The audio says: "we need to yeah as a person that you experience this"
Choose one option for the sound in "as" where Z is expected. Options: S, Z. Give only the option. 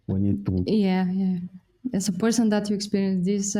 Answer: S